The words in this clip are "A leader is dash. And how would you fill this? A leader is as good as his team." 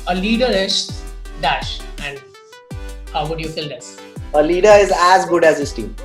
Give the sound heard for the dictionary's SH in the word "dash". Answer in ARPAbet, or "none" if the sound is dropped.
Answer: SH